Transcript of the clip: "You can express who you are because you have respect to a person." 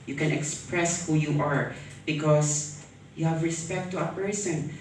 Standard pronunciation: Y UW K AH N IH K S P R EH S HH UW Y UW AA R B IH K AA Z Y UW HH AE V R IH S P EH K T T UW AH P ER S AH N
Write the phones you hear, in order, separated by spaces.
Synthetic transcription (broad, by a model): Y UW K AH N IH K S P R EH S HH UW Y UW AA R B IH K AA S Y UW HH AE V R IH S P EH K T T UW AH P ER S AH N